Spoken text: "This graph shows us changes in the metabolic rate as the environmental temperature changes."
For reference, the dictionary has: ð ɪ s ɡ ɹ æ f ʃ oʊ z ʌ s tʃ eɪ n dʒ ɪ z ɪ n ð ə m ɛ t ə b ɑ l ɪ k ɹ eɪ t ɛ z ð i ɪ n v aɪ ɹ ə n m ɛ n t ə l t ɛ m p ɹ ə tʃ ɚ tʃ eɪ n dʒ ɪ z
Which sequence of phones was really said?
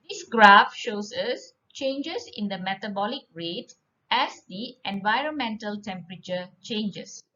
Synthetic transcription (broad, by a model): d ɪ s ɡ ɹ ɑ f ʃ oʊ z ʌ s tʃ eɪ n dʒ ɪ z ɪ n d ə m ɛ t ə b ɑ l ɪ k ɹ eɪ t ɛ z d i ɪ n v aɪ ɹ ə n m ɛ n t ə l t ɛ m p ɹ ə tʃ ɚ tʃ eɪ n dʒ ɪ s